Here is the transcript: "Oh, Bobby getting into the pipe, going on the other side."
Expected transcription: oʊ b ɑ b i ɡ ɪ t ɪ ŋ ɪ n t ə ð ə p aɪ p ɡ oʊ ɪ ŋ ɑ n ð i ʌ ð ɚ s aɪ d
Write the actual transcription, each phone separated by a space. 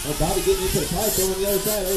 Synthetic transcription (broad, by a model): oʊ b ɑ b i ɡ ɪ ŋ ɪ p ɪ t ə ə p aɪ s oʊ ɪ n ð i ʌ ð ɚ s aɪ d